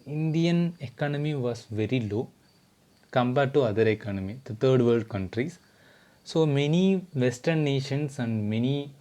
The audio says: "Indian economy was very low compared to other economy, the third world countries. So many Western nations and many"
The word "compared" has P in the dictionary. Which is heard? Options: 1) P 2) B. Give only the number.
2